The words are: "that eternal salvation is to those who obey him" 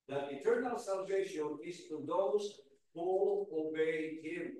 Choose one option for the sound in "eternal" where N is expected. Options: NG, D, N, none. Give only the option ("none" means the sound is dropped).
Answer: N